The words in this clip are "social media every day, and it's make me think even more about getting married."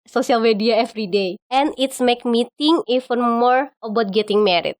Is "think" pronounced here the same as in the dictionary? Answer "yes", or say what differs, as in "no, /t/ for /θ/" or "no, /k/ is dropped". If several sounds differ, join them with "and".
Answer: no, /t/ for /θ/ and /k/ is dropped